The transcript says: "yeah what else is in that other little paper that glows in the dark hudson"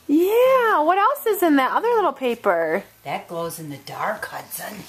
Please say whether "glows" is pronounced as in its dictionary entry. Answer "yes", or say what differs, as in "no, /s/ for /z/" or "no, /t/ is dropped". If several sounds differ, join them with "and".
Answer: yes